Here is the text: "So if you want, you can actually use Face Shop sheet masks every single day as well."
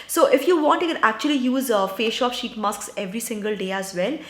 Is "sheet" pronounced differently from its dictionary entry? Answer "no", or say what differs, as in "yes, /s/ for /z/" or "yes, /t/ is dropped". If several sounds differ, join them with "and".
no